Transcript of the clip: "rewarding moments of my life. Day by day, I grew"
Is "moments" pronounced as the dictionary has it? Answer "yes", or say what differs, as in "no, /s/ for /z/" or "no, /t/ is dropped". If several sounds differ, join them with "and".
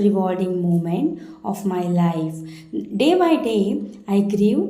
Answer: no, /s/ is dropped